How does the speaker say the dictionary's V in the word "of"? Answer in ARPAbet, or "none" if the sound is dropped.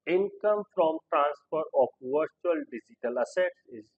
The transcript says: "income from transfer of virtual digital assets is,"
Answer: P